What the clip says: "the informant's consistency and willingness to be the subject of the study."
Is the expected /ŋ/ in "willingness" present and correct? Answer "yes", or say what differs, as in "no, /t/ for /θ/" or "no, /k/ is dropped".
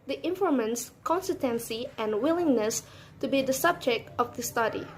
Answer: yes